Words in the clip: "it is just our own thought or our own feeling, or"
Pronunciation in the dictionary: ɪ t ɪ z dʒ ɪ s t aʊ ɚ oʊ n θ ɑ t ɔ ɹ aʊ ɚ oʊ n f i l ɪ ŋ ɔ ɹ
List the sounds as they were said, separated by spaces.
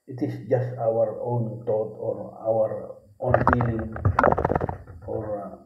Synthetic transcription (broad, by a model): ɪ t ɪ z dʒ ɪ s t aʊ ɚ oʊ n t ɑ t ɔ ɹ aʊ ɚ oʊ n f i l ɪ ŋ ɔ ɹ